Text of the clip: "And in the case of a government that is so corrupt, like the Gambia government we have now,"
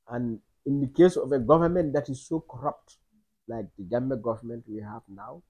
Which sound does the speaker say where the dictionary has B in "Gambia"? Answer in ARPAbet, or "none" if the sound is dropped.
none